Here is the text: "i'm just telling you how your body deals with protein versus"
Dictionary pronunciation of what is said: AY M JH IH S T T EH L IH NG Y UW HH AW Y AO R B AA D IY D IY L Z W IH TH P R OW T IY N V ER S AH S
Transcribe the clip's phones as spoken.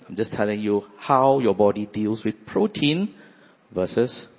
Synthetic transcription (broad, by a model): AY M JH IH S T T EH L IH NG Y UW HH AW Y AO B AA D IY D IY L S W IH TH P R OW T IY N V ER S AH S